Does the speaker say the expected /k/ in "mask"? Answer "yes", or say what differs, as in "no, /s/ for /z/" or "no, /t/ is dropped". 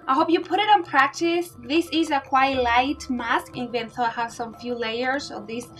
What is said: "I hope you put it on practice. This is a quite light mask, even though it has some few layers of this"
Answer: yes